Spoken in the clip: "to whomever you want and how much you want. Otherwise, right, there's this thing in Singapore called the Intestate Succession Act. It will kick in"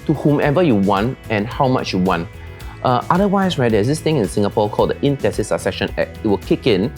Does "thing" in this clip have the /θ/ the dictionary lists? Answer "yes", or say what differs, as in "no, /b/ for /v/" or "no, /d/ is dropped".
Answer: no, /t/ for /θ/